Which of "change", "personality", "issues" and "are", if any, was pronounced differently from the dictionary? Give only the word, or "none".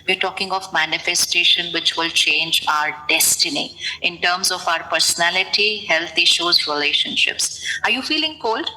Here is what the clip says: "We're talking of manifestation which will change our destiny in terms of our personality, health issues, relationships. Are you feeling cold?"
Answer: none